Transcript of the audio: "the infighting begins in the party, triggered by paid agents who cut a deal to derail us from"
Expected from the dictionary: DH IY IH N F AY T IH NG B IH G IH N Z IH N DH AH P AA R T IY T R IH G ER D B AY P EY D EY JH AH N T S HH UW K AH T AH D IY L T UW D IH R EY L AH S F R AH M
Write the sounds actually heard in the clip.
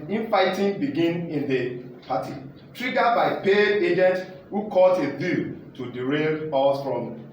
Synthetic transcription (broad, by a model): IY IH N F AY T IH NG B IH G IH N IH N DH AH P AA T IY T R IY G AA B AY P EY EY JH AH N T HH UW K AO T AH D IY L T UW D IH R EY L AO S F R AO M